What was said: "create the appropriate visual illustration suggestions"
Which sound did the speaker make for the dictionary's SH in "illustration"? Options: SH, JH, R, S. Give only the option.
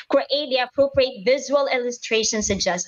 SH